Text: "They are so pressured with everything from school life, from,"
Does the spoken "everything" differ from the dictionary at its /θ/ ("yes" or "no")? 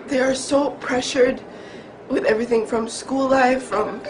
no